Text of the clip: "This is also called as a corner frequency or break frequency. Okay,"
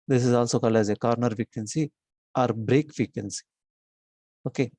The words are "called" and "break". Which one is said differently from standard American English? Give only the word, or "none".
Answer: called